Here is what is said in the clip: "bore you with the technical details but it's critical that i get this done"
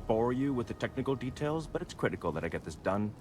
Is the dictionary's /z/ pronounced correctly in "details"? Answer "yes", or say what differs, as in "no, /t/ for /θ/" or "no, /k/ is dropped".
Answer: yes